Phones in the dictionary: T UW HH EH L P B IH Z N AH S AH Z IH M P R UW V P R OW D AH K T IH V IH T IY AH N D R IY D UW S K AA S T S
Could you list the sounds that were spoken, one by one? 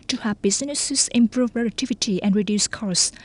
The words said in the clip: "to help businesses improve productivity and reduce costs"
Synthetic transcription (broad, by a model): T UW HH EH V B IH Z N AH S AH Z IH M P R UW V R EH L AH T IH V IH T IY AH N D R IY D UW S K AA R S